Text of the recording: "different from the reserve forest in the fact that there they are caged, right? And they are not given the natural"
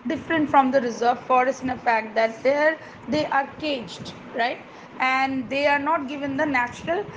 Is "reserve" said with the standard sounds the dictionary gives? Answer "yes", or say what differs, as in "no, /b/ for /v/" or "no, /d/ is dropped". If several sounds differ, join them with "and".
yes